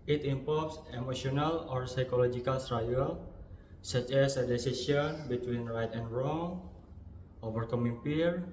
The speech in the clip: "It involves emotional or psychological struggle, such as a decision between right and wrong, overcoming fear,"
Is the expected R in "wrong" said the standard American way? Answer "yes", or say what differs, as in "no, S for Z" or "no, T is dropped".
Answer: yes